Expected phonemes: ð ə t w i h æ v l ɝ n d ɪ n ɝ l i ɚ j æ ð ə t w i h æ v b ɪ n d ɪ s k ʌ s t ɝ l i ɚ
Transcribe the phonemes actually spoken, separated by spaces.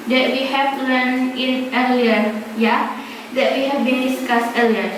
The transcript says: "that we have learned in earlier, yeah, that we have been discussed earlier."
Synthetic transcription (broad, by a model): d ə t w i h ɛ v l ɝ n ɪ n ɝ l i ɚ j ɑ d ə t w i h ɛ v b ɪ n d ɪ s k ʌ s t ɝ l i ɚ